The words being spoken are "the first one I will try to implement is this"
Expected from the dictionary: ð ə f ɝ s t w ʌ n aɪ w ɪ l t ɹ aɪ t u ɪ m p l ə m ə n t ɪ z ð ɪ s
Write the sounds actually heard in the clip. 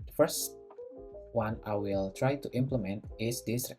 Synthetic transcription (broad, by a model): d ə f ɝ s t w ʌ n aɪ w ɪ l t ɹ aɪ t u ɪ m p l ə m ə n t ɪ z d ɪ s